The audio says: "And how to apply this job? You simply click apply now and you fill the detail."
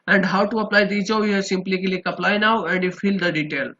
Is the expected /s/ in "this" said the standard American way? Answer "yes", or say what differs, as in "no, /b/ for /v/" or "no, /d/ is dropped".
no, /s/ is dropped